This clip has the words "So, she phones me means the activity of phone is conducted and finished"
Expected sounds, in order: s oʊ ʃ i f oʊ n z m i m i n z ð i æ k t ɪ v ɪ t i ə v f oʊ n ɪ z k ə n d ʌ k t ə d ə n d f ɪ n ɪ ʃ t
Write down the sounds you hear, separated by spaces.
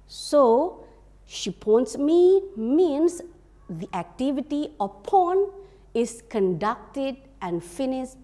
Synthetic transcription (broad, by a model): s oʊ ʃ i p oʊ n s m i m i n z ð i æ k t ɪ v ɪ t i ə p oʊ n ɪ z k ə n d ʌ k t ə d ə n f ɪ n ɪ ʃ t